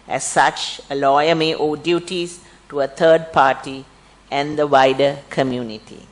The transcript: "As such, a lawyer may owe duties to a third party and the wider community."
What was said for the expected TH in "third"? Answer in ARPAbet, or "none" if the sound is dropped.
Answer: T